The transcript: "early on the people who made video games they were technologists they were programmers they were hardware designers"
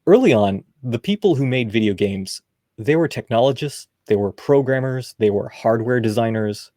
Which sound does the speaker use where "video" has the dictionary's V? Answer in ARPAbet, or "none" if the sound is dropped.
V